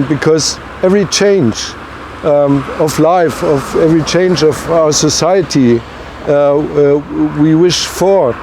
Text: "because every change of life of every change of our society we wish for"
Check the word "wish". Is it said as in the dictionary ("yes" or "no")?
yes